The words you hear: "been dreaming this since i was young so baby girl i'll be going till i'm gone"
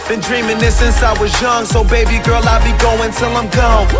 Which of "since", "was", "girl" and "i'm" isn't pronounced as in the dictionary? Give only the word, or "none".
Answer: none